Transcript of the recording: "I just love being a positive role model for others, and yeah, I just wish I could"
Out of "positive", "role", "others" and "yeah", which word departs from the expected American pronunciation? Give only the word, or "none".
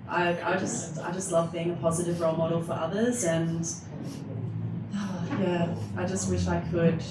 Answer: none